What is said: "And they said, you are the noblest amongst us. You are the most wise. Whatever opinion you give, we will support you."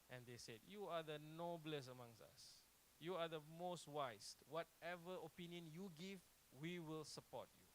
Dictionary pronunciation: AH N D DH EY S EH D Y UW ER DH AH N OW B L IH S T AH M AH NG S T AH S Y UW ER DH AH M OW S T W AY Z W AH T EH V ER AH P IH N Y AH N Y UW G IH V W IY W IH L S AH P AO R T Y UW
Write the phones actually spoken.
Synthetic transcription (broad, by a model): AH N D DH EY S EH D Y UW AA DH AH N OW B L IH S AH M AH NG S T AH S Y UW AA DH AH M OW S T W AY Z W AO T EH V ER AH P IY N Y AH N Y UW G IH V W IY W IH L S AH P AO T Y UW